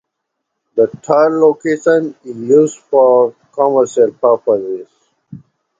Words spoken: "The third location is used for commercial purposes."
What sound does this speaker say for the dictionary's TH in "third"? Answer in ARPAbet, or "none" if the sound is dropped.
T